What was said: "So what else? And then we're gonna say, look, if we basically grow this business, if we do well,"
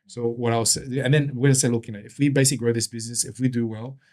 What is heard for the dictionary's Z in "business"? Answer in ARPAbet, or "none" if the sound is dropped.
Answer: Z